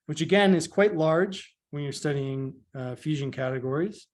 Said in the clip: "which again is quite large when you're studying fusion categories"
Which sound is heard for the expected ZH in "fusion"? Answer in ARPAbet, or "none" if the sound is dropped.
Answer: ZH